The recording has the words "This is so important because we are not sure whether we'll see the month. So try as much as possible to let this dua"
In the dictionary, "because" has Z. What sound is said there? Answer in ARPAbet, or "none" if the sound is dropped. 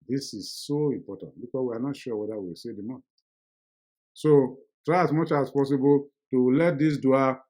S